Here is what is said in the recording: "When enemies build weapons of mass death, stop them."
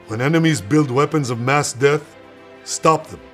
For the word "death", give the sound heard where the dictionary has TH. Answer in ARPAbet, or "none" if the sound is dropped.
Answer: TH